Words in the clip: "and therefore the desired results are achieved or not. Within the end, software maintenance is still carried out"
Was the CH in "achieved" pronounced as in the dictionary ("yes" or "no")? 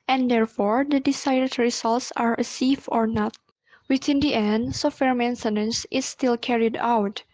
no